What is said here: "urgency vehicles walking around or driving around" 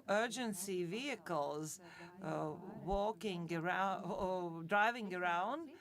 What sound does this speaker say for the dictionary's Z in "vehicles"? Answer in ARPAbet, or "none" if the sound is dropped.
Z